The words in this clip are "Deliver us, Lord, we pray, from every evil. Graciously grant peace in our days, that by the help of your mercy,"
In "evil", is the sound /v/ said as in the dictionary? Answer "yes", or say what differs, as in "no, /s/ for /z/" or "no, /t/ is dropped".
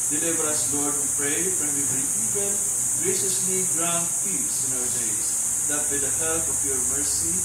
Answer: no, /p/ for /v/